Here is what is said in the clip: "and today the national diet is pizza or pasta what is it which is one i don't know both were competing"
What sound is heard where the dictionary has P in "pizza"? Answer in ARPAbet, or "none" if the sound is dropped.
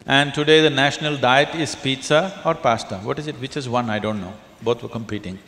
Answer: P